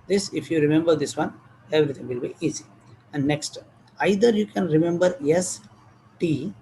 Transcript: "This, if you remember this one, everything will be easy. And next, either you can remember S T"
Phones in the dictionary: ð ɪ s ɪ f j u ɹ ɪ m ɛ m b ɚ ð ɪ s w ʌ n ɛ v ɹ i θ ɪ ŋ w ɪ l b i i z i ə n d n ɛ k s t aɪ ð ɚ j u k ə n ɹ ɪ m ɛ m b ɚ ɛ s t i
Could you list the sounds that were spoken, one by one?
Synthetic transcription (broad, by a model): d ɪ s ɪ f j u ɹ ɪ m ɛ m b ɚ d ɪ s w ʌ n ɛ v ɹ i t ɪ ŋ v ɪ l b i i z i ə n d n ɛ k s t aɪ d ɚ j u k ə n ɹ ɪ m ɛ m b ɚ ɛ s t i